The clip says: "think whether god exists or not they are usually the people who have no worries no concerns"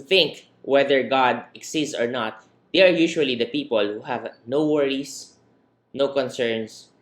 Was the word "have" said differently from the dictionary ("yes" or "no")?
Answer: no